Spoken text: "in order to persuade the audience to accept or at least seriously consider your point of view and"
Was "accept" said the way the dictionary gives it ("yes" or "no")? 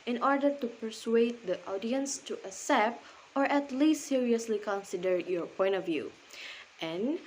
no